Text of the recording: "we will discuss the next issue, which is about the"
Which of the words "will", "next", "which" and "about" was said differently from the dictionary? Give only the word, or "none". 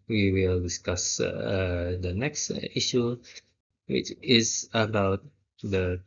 none